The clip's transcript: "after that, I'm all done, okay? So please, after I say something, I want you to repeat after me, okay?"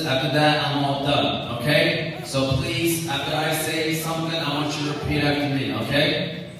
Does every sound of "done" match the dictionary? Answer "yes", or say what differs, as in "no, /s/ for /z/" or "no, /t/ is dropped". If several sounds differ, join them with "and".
no, /n/ is dropped